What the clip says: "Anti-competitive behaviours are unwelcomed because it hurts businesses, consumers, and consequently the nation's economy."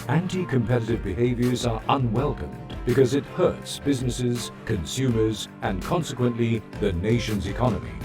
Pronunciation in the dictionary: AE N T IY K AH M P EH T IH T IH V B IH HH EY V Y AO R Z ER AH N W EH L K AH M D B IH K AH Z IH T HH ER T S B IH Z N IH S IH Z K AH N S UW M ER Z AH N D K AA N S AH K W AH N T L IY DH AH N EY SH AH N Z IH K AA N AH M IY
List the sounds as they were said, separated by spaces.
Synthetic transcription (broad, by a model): AE N T IY K AH M P EH T IH T IH V B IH HH EY V Y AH R Z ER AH N W EH L K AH M B IH K AH Z IH T HH ER T S B IH Z N IH S IH Z K AH N S UW M ER Z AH N K AA N S AH K W AH N T L IY DH AH N EY SH AH N Z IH K AA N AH M IY